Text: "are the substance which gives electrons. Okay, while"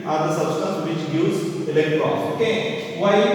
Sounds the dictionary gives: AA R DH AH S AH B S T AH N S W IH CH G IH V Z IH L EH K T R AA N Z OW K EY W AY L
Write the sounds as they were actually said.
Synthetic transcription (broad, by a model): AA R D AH S AH B S T AH N S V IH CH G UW Z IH L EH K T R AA OW K EY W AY